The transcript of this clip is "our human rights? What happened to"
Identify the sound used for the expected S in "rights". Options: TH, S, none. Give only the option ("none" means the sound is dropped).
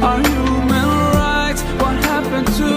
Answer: none